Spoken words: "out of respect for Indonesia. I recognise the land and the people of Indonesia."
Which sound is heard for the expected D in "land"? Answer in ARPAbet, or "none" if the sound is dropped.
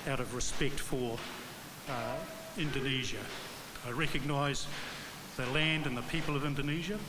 D